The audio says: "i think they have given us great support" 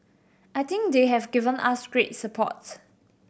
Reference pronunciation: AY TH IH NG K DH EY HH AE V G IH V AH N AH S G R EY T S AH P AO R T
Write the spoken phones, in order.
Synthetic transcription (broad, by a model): AY T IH NG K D EY HH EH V G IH V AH N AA S G R EY T S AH P AO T